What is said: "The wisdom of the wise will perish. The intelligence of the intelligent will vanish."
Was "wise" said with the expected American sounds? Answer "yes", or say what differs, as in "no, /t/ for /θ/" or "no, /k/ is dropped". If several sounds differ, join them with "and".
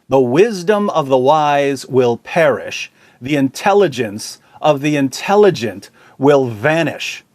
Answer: yes